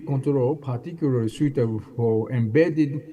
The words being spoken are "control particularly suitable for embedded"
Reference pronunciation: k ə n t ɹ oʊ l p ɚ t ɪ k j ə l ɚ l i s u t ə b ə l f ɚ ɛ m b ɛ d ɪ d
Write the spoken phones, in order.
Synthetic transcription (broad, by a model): k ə n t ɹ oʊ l p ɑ t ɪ k j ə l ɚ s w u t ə ə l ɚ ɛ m b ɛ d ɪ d